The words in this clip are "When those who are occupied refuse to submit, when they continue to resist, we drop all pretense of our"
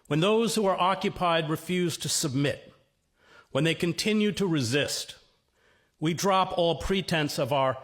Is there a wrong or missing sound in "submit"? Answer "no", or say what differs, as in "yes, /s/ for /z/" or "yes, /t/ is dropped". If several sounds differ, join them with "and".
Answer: no